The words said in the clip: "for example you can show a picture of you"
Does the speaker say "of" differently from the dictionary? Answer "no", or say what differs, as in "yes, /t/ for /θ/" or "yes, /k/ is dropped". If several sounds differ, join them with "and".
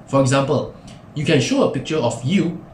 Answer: yes, /f/ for /v/